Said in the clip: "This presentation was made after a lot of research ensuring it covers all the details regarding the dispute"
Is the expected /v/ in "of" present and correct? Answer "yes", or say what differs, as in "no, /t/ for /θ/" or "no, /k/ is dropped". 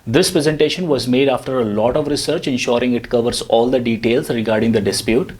yes